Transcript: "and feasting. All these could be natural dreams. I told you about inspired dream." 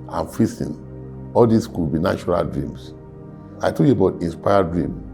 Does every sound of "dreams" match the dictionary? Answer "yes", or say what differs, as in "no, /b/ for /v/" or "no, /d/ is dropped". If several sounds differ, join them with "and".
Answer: no, /s/ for /z/